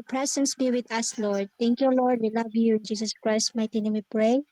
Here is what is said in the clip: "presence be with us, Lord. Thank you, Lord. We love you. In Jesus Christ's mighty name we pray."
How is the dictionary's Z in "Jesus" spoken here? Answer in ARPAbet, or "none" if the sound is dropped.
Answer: S